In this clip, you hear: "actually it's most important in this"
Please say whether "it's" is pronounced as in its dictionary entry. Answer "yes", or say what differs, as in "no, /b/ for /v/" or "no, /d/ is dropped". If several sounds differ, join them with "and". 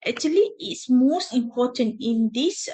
yes